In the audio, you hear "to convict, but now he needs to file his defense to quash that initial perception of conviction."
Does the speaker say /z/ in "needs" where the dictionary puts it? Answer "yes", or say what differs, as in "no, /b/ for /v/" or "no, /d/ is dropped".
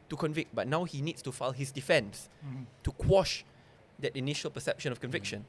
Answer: no, /s/ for /z/